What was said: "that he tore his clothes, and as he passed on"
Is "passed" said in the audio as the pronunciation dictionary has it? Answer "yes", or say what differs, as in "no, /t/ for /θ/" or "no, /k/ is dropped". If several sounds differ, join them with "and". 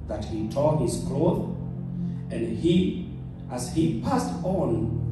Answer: yes